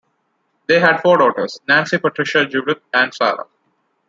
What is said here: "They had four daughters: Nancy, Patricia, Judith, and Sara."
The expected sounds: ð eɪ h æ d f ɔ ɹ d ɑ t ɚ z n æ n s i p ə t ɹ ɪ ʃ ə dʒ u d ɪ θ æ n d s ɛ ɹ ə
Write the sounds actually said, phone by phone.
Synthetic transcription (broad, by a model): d eɪ h æ d f ɔ ɹ d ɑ t ɚ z n æ n s i p ə t ɹ ɪ ʃ ə dʒ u d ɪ t æ n d s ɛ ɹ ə